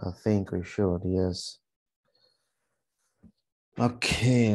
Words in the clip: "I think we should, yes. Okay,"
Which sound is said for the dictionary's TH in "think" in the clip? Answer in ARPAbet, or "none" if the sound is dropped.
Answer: TH